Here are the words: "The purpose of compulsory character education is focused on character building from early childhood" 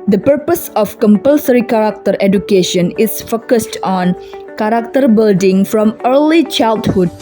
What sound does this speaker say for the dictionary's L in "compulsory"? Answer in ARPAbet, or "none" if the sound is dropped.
L